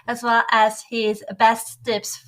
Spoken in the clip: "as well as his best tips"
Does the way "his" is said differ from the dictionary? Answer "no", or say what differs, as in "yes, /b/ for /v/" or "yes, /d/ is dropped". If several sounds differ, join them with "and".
no